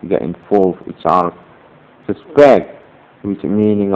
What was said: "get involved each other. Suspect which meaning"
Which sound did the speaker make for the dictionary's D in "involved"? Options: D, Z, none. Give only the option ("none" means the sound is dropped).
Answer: none